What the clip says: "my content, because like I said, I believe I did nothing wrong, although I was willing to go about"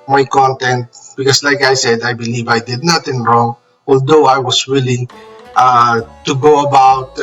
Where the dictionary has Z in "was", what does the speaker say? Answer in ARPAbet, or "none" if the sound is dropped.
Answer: S